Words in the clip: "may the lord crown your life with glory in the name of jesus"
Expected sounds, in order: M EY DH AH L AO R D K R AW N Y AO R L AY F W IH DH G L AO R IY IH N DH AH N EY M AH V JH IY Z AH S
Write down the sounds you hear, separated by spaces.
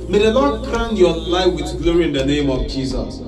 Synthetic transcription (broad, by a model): M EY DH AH N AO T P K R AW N Y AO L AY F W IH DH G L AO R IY IH N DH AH N EY M AH V JH IY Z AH S